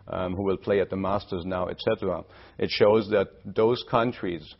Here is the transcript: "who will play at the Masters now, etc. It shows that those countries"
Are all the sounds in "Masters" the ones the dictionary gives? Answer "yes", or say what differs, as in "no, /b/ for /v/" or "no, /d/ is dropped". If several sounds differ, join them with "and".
yes